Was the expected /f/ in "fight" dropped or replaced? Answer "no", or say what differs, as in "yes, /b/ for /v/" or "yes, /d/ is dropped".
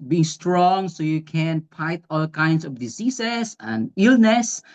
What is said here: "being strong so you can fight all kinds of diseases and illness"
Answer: yes, /p/ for /f/